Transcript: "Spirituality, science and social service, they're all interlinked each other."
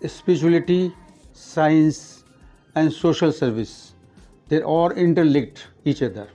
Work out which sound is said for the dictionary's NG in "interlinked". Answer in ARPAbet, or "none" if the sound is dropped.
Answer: none